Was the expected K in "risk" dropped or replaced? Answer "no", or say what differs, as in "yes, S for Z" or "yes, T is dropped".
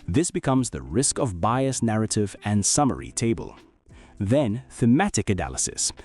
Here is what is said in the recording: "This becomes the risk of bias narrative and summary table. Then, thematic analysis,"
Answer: no